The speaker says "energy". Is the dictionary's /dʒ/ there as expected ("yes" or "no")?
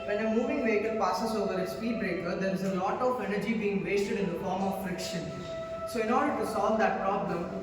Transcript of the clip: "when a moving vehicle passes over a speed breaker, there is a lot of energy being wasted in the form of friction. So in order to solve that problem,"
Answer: yes